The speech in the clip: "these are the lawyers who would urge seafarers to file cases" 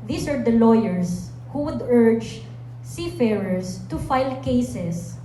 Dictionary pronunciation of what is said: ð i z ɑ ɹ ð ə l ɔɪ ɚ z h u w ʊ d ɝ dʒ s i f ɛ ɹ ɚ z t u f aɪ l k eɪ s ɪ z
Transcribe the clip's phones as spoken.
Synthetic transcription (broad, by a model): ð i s ɑ ɹ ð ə l ɔɪ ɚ s h u w ʊ d ɝ dʒ s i f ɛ ɹ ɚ s t u f aɪ l k eɪ s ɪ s